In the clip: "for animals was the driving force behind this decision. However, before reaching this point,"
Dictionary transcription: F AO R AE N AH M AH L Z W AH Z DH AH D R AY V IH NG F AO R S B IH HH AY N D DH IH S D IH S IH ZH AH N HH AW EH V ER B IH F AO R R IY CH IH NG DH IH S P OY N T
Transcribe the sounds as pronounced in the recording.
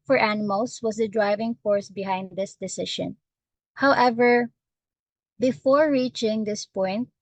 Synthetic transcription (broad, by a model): F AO R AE N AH M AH L S W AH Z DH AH D R AY V IH NG F AO R S B IH HH AY N D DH IH S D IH S IH SH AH N HH AW EH V ER B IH F AO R R IY CH IH NG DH IH S P OY N T